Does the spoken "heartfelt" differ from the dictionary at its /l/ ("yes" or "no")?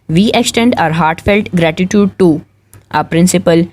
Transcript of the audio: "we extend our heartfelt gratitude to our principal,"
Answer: no